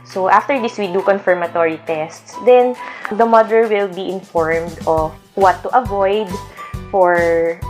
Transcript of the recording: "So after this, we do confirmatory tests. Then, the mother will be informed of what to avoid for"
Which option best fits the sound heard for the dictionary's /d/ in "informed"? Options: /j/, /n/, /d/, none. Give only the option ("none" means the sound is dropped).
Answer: /d/